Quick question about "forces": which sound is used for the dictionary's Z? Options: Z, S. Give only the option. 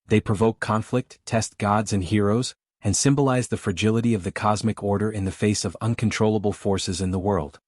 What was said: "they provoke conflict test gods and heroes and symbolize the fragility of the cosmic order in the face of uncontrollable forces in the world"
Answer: Z